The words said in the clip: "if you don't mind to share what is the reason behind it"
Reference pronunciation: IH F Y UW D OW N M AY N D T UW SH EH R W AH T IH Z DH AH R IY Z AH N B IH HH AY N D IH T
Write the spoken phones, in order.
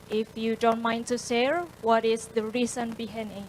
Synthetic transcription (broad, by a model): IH F Y UW D OW N M AY N T UW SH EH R W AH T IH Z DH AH R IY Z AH N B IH HH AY N IH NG